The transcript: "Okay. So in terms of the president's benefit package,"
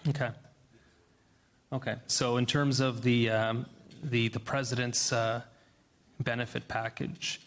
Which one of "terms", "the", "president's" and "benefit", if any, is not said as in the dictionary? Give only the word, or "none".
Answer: none